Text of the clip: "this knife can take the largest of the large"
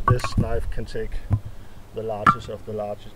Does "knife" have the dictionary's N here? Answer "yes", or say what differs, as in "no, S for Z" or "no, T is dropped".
yes